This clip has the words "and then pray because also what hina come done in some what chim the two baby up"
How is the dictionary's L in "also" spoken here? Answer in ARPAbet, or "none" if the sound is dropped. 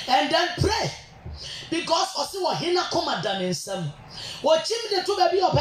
none